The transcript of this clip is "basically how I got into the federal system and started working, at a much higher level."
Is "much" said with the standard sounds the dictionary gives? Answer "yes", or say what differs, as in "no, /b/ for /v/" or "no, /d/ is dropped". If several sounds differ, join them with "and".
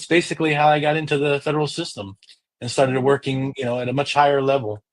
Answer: yes